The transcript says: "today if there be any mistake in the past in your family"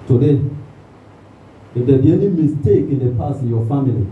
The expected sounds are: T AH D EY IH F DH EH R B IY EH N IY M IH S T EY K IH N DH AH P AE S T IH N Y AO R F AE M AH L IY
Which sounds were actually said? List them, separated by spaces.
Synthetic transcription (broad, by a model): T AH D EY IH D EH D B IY EH N IY M IH S T EY K IH N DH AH P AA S IH N Y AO F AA M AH L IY